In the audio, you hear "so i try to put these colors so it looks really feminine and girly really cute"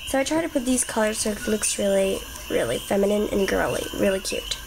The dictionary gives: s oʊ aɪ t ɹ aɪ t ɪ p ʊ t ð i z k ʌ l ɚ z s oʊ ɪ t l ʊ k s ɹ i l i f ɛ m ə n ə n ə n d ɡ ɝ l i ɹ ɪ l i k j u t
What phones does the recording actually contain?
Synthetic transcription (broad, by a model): s oʊ aɪ t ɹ aɪ t ɪ p ʊ t ð i z k ʌ l ɚ z s oʊ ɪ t l ʊ k s ɹ i l i f ɛ m ə n ə n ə n ɡ ɝ l i ɹ ɪ l i k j u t